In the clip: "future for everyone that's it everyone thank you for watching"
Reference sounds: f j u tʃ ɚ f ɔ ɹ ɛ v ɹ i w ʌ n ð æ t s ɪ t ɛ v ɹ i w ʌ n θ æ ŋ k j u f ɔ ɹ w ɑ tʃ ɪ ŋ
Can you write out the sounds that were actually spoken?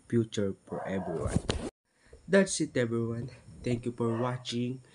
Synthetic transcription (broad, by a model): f j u tʃ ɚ f ɔ ɹ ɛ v ɹ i w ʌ n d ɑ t s ɪ t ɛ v ɹ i w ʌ n t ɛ ŋ k j u f ɔ ɹ w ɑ tʃ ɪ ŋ